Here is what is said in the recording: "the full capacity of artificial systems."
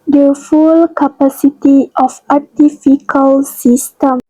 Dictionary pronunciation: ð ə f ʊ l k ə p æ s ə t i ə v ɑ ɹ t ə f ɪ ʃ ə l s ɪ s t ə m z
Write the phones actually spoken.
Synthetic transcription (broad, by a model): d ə f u l k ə p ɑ s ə t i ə f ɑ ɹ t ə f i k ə l s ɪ s t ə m